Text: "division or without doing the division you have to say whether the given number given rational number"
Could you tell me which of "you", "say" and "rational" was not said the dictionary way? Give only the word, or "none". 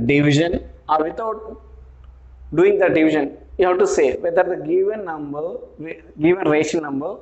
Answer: rational